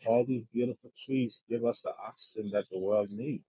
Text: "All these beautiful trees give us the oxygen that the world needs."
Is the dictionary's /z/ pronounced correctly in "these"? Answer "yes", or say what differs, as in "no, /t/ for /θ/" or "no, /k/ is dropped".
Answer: yes